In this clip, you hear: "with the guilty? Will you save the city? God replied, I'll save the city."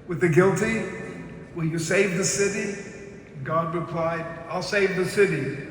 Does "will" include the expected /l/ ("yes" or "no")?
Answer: no